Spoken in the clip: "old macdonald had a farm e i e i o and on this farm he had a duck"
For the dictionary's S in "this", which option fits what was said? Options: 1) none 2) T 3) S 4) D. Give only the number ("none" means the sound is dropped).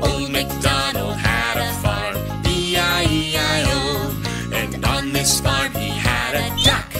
3